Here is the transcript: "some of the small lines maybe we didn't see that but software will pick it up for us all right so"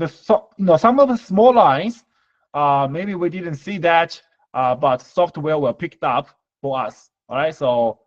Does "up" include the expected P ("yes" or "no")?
yes